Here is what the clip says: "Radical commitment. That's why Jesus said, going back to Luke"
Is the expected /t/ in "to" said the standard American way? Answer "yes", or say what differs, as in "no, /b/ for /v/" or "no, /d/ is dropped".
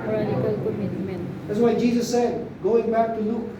yes